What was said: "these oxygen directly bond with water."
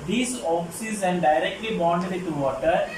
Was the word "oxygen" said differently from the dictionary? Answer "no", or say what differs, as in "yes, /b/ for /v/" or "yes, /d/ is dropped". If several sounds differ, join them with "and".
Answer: yes, /z/ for /dʒ/